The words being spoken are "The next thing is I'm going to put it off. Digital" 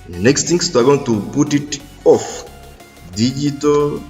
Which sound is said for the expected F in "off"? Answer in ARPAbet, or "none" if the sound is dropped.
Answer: F